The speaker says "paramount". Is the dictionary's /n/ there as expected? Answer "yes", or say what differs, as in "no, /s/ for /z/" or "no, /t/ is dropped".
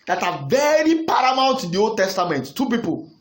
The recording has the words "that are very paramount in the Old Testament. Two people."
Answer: no, /l/ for /n/